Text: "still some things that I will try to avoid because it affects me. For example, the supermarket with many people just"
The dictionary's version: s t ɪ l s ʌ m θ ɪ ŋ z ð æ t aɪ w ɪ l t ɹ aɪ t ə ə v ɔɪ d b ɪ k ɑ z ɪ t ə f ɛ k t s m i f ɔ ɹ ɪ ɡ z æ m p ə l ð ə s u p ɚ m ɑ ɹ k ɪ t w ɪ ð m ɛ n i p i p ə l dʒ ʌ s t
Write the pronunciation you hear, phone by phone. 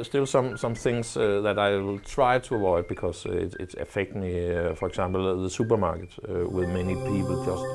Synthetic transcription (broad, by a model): s t ɪ l s ʌ m θ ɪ ŋ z ð æ t aɪ w ɪ l t ɹ aɪ t ə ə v ɔɪ d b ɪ k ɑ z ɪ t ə f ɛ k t m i f ɔ ɹ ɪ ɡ s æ m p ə l ð ə s u p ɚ m ɑ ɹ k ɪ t w ɪ ð m ɛ n i p i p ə l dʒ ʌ s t